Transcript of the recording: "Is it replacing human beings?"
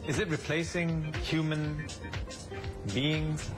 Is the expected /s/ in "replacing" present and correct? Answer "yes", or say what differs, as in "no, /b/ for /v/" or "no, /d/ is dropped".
yes